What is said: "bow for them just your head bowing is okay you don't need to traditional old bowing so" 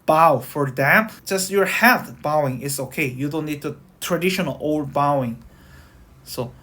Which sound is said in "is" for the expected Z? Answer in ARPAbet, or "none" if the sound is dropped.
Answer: S